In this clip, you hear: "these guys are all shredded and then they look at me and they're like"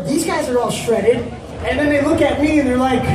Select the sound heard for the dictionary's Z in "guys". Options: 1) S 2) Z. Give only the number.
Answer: 2